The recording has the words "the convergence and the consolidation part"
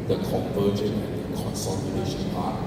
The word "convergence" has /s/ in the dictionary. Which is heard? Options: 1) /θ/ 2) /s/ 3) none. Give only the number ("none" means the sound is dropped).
3